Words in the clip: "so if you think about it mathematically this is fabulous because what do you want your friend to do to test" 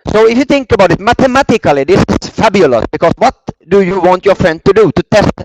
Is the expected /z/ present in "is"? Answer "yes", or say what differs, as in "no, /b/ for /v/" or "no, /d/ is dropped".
no, /s/ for /z/